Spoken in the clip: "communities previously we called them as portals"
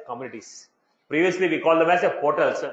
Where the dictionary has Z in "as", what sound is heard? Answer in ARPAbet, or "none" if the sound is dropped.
S